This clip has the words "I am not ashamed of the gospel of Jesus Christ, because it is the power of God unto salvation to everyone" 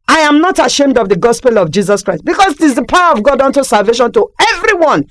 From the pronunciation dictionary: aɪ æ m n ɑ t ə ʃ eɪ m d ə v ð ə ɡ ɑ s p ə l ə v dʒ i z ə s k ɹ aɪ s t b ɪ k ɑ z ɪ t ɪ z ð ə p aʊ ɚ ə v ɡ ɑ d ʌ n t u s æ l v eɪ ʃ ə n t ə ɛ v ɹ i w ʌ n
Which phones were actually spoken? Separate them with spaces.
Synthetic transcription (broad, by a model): aɪ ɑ m n ɑ t ə ʃ eɪ m d ə v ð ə ɡ ɑ s p ə l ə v dʒ i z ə s k ɹ aɪ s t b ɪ k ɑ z ɪ t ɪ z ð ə p aʊ ɚ ə v ɡ ɑ d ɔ n t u s æ l v eɪ ʃ ə n t ə ɛ v ɹ i w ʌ n